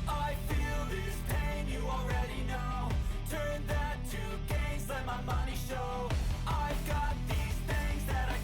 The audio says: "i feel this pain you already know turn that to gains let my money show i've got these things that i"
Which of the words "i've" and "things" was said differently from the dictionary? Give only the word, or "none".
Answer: none